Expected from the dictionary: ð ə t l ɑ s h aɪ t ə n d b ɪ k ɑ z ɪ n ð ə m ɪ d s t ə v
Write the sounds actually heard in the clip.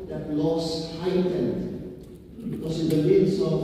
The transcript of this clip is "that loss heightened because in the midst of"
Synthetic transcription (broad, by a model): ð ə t l ɑ s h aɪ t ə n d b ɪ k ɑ s ɪ n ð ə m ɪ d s ə